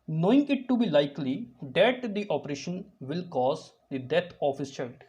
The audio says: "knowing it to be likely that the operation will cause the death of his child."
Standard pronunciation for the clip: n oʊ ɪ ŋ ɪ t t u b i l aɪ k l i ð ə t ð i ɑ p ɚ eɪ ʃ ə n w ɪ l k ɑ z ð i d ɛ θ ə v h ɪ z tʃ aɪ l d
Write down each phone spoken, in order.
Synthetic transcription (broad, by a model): n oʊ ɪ ŋ ɪ t t u b i l aɪ k l i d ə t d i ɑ p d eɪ ʃ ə n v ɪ l k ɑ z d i d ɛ t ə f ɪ s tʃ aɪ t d